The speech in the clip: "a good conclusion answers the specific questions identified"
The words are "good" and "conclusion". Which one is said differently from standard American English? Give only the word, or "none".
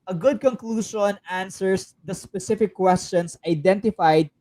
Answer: conclusion